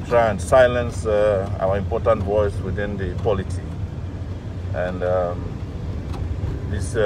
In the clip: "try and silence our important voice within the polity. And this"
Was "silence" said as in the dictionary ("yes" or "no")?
yes